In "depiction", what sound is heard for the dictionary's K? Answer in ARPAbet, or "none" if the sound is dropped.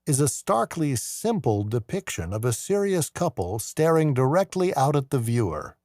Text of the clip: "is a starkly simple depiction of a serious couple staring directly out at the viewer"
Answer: K